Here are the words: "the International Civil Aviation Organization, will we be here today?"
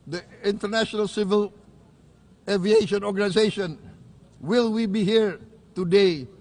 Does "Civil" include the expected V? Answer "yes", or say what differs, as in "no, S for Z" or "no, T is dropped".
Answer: yes